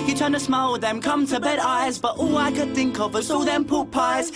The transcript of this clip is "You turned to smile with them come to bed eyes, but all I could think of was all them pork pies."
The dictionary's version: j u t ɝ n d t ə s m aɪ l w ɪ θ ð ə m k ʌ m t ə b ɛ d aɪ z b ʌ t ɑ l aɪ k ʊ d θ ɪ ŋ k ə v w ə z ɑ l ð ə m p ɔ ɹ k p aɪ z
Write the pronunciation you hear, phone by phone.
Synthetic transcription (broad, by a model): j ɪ t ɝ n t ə s m aɪ l w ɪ ð ə m k ʌ m t ə b ɛ d aɪ z b ʌ t ɑ l aɪ k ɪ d θ ɪ ŋ k ə v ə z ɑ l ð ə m p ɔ p aɪ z